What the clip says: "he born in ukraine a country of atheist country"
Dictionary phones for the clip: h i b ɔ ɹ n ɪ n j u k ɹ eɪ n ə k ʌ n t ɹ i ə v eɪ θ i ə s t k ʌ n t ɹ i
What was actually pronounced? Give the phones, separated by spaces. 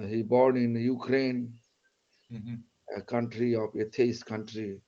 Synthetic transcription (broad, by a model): h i b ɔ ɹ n ɪ n j u k ɹ eɪ n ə k ʌ n t ɹ i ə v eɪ t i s k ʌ n t ɹ i